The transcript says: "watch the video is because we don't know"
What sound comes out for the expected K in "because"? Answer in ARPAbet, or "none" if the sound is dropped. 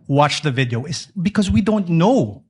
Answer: K